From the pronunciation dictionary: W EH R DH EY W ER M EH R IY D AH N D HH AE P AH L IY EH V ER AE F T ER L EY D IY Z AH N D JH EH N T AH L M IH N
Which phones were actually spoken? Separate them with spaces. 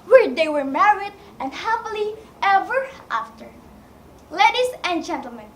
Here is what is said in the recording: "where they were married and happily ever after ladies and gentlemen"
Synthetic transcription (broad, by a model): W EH R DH EY W ER M EH R IY D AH N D HH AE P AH L IY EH V ER AE F T ER L EY D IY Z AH N JH EH N T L M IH N